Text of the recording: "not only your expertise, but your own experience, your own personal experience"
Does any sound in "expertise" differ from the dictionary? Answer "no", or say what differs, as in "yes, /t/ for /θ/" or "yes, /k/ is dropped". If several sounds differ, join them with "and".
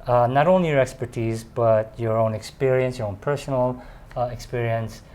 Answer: no